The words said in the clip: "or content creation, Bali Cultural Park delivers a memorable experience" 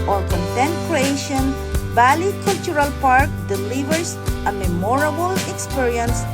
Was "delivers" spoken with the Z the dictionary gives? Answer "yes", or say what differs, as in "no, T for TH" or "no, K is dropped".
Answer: no, S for Z